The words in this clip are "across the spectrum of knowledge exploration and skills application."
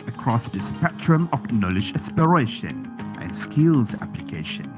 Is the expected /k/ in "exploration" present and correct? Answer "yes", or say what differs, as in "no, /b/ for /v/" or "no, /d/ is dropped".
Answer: no, /k/ is dropped